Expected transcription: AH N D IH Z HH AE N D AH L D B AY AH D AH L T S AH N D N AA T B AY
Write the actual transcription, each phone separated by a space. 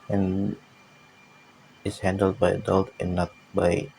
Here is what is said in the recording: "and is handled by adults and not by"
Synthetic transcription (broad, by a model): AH N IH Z HH AE N D AH L D B AY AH D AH L T AH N N AA T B AY